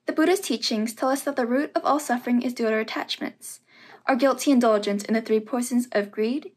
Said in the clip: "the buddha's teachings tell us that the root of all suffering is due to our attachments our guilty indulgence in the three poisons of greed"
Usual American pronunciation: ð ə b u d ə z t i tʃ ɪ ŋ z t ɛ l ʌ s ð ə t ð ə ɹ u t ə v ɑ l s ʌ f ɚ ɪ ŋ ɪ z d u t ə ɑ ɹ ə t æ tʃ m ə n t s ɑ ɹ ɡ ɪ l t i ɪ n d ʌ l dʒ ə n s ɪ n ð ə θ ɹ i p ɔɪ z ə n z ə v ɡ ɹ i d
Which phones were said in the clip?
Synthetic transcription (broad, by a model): ð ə b u d ə z t i tʃ ɪ ŋ z t ɛ l ʌ s ð ə t ð ə ɹ u t ə v ɑ l s ʌ f ɚ ɪ ŋ ɪ z d u t ə ɹ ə t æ tʃ m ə n t s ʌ ɹ ɡ ɪ l t i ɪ n d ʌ l dʒ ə n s ɪ n ð ə θ ɹ i p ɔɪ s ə n z ə v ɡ ɹ i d